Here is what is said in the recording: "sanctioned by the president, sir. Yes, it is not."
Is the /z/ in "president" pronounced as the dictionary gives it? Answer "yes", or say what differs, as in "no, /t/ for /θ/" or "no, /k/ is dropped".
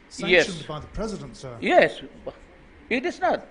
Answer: yes